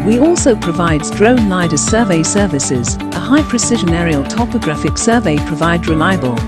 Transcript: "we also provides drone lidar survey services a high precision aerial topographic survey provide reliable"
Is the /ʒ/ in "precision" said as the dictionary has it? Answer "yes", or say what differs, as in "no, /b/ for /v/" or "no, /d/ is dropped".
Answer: yes